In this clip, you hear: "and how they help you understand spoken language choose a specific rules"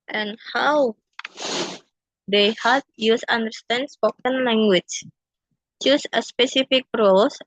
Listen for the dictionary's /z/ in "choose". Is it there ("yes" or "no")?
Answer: no